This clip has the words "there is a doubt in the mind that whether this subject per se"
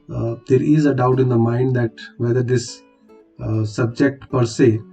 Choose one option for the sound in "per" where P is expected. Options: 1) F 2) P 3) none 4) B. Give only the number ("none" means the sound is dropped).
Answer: 2